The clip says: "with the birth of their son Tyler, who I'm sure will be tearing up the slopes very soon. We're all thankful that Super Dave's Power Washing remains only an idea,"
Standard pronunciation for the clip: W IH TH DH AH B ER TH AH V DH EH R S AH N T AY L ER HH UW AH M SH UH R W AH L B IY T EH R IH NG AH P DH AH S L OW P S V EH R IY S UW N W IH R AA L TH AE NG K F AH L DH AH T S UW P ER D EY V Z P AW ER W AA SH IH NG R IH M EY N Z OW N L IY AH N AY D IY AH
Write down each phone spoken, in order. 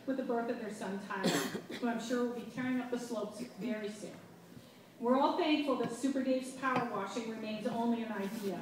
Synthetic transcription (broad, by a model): W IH DH AH B ER TH AH V DH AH R S AH N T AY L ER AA AH M SH UH R W AH L B IY T EH R IH NG AH P DH AH S L OW P S V EH R IY S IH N W IH R AA L TH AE NG K F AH L DH AH T S UW P ER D EY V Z P AW ER W AA SH IH NG R IH M EY N Z OW N L IY AH N AY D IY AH